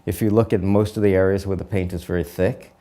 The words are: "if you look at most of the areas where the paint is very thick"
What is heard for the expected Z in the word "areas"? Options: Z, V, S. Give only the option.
Z